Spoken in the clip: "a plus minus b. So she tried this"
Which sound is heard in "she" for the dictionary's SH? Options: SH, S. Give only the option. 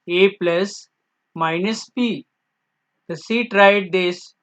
S